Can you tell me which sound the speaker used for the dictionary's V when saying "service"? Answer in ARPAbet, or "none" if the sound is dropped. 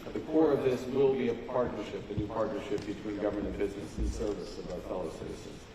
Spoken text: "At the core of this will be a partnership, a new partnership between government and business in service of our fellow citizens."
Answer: V